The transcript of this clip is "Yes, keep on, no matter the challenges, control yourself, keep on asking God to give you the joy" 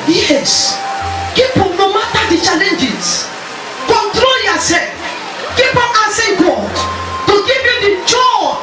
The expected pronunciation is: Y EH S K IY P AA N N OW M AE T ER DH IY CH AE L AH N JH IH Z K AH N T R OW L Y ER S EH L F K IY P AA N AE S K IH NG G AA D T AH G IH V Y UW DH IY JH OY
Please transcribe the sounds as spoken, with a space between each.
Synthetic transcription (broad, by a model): Y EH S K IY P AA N N OW M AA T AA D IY CH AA L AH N JH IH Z K AH N T R OW L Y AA S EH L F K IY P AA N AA S IH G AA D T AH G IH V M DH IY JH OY